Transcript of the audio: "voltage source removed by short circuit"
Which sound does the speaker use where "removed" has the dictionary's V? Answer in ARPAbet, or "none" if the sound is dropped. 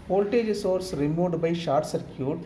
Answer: none